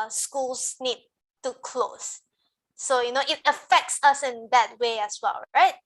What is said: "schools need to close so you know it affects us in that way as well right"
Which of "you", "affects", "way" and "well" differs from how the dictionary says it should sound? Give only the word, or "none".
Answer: none